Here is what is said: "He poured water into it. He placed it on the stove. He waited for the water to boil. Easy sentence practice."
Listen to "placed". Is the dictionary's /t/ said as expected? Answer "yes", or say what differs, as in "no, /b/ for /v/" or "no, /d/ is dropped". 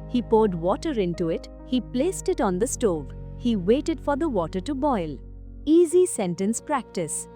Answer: yes